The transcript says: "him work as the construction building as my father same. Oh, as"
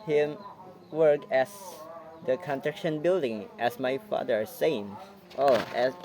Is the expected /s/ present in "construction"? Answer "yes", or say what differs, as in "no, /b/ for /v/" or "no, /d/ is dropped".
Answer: no, /s/ is dropped